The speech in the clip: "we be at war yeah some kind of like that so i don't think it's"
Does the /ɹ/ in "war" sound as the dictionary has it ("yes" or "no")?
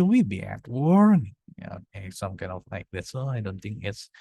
yes